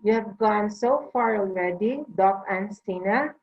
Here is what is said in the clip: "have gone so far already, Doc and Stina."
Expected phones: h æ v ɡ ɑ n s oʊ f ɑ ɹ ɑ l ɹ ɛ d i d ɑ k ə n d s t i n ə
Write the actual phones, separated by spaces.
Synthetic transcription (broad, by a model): h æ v ɡ ɑ n s oʊ f ɑ ɹ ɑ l l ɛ d i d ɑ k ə n s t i n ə